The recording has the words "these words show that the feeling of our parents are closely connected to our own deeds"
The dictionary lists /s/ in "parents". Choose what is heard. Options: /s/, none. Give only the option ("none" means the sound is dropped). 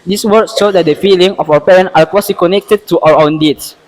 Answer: none